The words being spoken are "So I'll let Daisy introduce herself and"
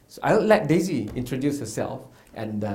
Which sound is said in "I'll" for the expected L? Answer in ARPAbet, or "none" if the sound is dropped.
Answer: N